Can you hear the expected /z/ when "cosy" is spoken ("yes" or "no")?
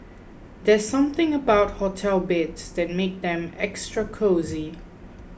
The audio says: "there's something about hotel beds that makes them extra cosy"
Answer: yes